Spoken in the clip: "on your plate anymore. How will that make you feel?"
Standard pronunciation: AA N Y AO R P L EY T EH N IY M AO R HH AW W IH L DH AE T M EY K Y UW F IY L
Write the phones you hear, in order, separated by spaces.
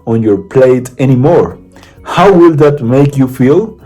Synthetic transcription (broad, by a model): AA N Y AO R P L EY T EH N IY M AO R HH AW W IH L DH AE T M EY K Y UW F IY L